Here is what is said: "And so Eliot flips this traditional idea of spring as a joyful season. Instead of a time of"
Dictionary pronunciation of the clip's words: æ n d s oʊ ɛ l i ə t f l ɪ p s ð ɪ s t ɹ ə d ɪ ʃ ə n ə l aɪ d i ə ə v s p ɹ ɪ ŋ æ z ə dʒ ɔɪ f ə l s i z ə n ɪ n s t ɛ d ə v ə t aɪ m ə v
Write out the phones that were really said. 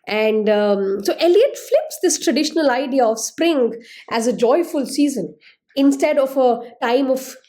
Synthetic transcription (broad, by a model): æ n d s oʊ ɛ l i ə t f l ɪ p s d ɪ s t ɹ ə d ɪ ʃ ə n ə l aɪ d i ə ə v s p ɹ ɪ ŋ æ z ə dʒ ɔɪ f ə l s i z ə n ɪ n s t ɛ d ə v ə t aɪ m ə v